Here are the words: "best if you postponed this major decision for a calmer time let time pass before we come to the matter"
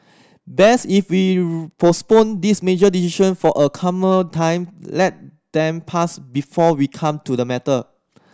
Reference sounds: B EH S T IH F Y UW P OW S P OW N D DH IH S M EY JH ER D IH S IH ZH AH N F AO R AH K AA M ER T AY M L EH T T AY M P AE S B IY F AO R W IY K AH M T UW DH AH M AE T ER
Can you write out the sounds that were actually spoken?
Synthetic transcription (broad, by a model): B EH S IH F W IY P OW S P OW N D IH S M EY JH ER D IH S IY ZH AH N F AO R AH K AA M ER T AY M L EH T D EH M P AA S B IY F AO W IY K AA M T UW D AH M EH T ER